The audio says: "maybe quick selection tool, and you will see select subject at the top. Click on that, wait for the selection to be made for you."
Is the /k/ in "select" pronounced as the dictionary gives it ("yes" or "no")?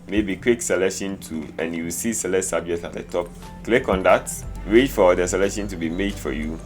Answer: no